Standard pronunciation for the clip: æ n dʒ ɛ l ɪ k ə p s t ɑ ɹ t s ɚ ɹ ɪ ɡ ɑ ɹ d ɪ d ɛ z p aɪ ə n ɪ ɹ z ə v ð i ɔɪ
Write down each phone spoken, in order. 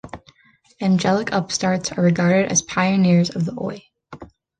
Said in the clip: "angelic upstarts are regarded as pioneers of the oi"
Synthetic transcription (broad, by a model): æ n dʒ ɛ l ɪ k ə p s t ɑ ɹ t s ɚ ɹ ɪ ɡ ɑ ɹ d ɪ d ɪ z p aɪ ə n ɪ ɹ z ə v ð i ɔɪ